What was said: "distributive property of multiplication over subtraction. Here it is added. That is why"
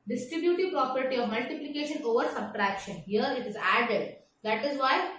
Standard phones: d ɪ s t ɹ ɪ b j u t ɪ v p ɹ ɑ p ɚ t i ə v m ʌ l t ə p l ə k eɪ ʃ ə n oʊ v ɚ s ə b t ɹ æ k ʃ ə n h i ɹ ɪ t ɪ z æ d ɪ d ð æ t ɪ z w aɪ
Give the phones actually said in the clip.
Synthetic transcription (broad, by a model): d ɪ s t ɹ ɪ b j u t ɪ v p ɹ ɑ p ɚ t i ə v m ʌ l t ə p l ə k eɪ ʃ ə n oʊ v ɚ s ə b t ɹ æ k ʃ ə n h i ɹ ɪ t ɪ z æ d ɪ d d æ t ɪ z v aɪ